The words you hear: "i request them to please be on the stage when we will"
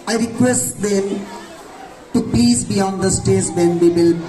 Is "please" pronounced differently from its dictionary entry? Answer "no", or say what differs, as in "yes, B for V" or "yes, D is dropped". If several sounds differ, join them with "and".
yes, L is dropped